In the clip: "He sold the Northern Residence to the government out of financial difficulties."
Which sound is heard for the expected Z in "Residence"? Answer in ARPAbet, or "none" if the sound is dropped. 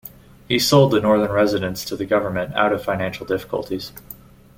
Z